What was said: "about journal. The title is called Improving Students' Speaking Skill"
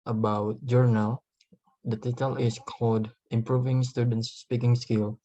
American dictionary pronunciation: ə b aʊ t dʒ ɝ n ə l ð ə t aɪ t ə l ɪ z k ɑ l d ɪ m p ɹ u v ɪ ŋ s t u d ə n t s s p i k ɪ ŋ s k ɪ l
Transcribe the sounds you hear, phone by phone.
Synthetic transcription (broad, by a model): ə b aʊ t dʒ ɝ n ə l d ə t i t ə l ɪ s k ɑ l d ɪ m p ɹ u v ɪ ŋ s t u d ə n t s s p i k ɪ ŋ s k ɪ l